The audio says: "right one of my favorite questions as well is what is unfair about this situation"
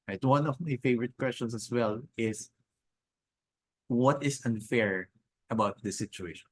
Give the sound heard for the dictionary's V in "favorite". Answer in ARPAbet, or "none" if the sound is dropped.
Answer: V